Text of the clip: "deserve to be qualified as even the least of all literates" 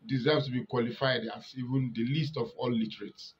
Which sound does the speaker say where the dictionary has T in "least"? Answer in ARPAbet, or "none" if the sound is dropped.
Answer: T